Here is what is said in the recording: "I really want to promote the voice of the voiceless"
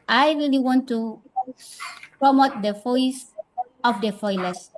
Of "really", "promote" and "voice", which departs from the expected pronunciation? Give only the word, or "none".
voice